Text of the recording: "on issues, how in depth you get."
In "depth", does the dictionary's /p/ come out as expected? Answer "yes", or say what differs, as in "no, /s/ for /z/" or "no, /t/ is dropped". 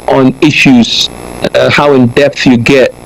yes